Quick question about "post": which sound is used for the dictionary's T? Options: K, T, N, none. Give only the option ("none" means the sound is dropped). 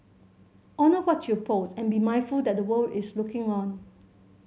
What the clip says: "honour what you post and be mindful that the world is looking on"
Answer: none